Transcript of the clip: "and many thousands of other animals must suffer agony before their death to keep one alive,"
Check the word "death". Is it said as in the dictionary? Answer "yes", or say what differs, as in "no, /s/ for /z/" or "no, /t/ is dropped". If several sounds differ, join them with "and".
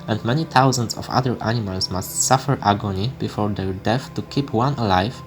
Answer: no, /f/ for /θ/